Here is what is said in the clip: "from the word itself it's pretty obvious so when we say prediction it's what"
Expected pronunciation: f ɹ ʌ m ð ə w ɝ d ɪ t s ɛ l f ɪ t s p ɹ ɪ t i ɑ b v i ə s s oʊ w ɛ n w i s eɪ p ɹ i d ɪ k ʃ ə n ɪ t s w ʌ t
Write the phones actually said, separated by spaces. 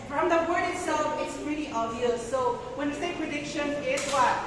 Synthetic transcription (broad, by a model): f ɹ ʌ m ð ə w ɝ d ɪ t s ɛ l f ɪ t s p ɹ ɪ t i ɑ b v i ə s s oʊ w ɛ n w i s eɪ p ɹ i d ɪ k ʃ ə n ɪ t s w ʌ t